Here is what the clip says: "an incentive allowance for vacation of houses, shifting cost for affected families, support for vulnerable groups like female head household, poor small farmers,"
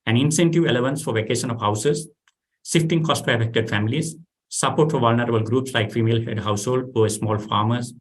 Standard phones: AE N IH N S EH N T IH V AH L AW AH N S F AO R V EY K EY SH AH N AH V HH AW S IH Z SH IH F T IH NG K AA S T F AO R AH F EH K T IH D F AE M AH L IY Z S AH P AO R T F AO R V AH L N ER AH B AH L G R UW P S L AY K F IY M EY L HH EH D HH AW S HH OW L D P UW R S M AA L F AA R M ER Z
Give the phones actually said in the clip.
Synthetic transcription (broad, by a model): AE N IH N S EH N T IH V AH L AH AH N S F AO R V EY K EY SH AH N AH V HH AW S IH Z S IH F T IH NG K AA S T F AO R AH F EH K T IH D F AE M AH L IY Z S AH P AO T F AO R V AH L N ER AH B AH L G R UW P S L AY K F IY M EY L HH EH D HH AW S HH OW L D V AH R S M AA L F AA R M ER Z